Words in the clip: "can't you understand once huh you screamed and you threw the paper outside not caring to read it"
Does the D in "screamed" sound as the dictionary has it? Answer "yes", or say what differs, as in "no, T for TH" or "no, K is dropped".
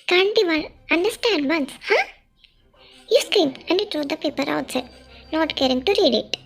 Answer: no, D is dropped